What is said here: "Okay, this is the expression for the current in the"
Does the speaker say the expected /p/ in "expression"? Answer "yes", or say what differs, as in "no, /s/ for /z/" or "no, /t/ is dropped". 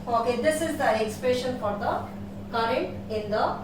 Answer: yes